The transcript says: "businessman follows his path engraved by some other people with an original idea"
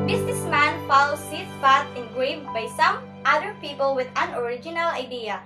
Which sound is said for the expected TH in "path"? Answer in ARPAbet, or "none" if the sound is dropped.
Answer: T